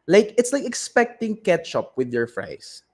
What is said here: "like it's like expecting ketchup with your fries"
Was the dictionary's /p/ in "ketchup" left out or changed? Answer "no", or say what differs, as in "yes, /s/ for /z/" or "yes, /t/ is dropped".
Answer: no